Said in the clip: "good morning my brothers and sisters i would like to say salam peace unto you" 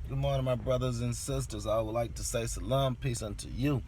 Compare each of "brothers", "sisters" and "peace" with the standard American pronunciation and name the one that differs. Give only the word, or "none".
none